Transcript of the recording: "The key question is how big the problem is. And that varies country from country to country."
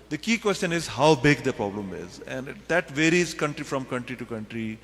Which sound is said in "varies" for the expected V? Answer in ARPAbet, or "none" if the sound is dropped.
V